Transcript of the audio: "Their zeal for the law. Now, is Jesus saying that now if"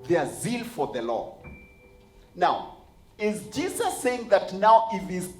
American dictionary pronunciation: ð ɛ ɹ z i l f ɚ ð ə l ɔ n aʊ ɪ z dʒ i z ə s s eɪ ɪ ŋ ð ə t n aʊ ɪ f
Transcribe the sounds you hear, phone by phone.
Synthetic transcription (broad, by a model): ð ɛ z i l f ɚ ð ə l ɔ n aʊ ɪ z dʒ i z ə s s eɪ ɪ ŋ ð ə t n aʊ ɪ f